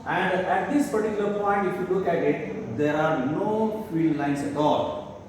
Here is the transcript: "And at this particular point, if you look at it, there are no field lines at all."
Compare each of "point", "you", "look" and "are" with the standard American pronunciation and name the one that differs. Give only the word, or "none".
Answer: none